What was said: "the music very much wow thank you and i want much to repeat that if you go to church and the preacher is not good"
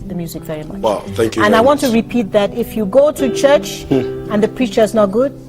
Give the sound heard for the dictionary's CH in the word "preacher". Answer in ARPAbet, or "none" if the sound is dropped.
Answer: CH